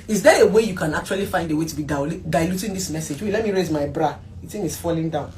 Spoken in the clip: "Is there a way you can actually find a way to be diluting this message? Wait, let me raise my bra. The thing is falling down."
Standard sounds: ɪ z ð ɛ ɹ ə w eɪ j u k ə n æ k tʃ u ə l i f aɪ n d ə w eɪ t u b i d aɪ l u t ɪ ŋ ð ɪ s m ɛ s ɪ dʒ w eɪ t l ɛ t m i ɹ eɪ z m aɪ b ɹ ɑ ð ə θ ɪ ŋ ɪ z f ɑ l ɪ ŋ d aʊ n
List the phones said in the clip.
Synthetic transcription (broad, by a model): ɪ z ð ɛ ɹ ə w eɪ j u k ə n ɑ k tʃ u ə l i f aɪ n d ə w eɪ t u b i d aɪ l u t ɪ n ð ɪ s m ɛ s ɪ dʒ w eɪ l ɛ t m i ɹ eɪ z m aɪ b ɹ ɑ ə t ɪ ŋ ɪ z f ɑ l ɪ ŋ d aʊ n